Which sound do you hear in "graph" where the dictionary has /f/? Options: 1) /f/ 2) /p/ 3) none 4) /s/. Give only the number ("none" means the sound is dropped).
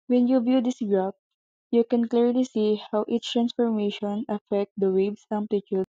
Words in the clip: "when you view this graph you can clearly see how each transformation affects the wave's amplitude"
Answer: 2